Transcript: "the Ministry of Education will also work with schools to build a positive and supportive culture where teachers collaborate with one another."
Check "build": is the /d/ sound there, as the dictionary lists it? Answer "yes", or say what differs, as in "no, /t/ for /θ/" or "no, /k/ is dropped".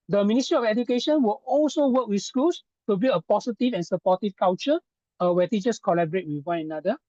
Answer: no, /d/ is dropped